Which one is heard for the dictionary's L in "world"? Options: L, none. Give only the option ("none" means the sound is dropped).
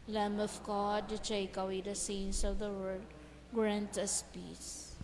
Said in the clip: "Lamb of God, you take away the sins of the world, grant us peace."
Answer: none